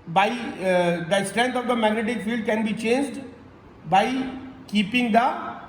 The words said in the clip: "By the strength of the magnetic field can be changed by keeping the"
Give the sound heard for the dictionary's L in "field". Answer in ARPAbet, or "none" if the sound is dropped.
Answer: L